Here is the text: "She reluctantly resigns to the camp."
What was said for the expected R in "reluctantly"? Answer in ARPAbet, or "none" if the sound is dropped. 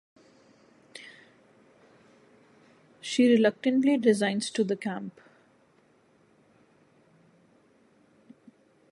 R